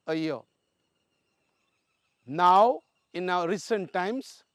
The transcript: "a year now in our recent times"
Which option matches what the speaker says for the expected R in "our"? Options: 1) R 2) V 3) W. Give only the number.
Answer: 3